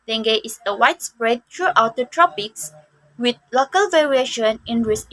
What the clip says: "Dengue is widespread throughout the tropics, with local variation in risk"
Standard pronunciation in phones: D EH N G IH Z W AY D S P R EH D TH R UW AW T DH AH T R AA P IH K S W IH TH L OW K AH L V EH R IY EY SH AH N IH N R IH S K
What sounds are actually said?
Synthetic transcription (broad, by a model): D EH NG G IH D W AY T S P R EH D T R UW AW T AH T R AA P IH K S W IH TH L OW K AH L V EH R IY EY SH AH N IH N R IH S